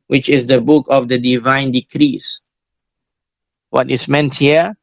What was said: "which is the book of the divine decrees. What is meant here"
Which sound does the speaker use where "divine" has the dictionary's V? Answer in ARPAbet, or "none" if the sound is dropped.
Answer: V